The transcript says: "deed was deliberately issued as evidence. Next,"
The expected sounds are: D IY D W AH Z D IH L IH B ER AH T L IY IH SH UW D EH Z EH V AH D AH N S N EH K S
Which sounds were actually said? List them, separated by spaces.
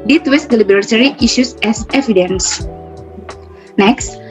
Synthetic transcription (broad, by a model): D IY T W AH S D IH L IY B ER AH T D IY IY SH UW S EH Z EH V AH D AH N S N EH K S